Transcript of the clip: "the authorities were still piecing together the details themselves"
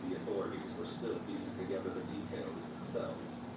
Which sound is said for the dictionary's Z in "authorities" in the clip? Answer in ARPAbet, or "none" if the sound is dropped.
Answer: Z